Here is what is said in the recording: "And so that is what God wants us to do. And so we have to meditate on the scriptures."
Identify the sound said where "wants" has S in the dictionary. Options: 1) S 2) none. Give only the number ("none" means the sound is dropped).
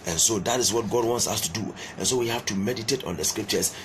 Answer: 1